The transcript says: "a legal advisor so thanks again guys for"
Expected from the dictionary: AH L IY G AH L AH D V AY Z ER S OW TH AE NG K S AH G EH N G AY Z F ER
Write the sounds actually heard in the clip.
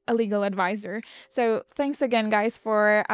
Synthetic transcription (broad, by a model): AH L IY G L AH D V AY Z ER S OW TH AE NG K S AH G EH N G AY Z F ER